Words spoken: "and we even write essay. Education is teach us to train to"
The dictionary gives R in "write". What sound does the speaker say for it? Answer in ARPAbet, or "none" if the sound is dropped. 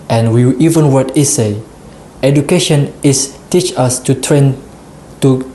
W